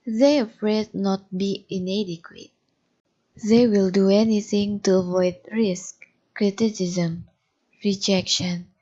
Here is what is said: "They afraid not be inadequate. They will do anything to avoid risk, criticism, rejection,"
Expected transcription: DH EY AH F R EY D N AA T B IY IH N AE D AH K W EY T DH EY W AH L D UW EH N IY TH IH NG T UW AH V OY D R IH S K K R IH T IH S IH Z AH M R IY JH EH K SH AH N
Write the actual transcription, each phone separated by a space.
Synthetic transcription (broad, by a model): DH EY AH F R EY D N AA T B IY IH N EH D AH K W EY T DH EY W AH L D UW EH N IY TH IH NG T UW AH V OY D R IH S K K R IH T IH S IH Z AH M R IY JH EH K SH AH N